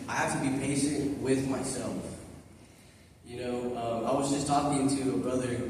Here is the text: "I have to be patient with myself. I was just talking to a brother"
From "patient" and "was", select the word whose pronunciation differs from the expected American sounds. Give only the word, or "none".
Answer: none